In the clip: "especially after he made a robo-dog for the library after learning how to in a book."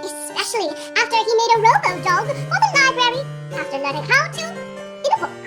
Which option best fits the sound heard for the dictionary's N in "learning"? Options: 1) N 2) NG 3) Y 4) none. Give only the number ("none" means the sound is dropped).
4